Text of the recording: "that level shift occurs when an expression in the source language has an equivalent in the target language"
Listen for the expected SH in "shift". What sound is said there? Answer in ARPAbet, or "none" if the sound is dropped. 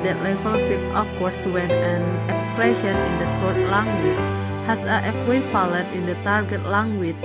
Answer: S